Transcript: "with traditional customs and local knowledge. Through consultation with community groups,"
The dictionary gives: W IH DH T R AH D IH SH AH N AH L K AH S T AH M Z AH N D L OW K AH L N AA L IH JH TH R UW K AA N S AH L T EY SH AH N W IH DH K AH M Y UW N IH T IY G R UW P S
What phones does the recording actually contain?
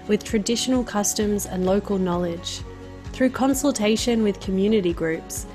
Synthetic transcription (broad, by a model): W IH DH T R AH D IH SH AH N AH L K AH S T AH M Z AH N L OW K AH L N AA L IH JH TH R UW K AA N S AH L T EY SH AH N W IH DH K AH M Y UW N IH T IY G R UW P S